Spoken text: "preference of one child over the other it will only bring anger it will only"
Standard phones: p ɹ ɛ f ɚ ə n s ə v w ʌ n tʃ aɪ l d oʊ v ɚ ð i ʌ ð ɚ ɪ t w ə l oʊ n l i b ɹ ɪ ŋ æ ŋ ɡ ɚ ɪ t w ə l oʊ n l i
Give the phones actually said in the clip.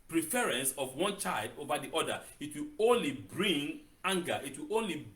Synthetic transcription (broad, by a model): p ɹ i f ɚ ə n s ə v w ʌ n tʃ aɪ l d oʊ v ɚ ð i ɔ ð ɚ ɪ t w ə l oʊ n l i b ɹ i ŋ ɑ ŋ ɡ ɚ ɪ t w ə l oʊ n l i